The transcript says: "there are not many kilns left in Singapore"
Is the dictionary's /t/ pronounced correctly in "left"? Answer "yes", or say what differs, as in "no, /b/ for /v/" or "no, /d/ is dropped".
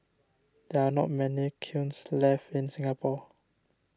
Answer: no, /t/ is dropped